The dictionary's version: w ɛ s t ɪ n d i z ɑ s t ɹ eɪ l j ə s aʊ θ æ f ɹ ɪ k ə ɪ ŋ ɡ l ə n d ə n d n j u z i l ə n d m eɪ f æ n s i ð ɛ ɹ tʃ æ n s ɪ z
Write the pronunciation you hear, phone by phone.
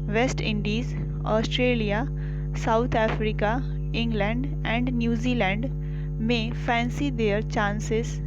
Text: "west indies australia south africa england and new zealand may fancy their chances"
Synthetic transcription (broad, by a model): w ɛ s t ɪ n d i z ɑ s t ɹ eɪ l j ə s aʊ t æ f ɹ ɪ k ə ɪ ŋ ɡ l ə n d ə n d n j u z i l ə n d m eɪ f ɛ n s i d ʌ ɹ tʃ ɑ n s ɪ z